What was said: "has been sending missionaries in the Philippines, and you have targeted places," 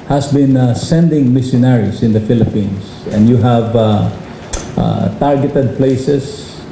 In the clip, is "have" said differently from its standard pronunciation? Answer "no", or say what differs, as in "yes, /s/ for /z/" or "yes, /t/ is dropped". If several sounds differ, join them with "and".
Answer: no